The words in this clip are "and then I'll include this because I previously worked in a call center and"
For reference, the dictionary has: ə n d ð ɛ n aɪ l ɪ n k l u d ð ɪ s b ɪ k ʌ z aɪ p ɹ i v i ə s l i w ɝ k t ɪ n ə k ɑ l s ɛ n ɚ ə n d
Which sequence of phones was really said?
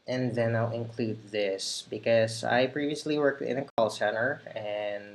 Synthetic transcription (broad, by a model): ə n ð ɛ n aɪ l ɪ n k l u d ð ɪ s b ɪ k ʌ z aɪ p ɹ i v i ə s l i w ɝ k t ɪ n ə k ɑ l s ɛ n ɚ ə n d